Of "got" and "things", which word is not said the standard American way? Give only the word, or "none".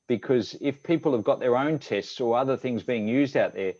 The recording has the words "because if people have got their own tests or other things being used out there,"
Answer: none